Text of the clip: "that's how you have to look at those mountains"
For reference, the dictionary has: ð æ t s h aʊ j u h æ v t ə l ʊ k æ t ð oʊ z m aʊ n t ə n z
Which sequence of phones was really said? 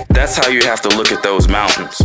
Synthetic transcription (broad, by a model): ð æ t s h aʊ j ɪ h æ f t ə l ʊ k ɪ t ð oʊ z m aʊ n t n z